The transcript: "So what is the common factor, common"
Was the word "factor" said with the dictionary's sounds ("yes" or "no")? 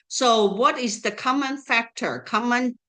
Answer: yes